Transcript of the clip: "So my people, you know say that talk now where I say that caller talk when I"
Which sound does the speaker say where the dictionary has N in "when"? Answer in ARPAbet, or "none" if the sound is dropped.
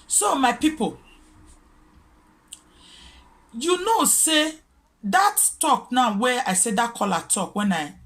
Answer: N